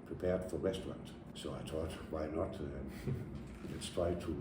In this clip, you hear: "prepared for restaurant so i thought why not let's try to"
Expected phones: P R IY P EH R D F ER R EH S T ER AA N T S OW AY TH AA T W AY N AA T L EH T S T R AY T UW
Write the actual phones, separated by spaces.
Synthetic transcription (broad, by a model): P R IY P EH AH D F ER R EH S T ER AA N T S OW AY T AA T W AY N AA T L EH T S T R AY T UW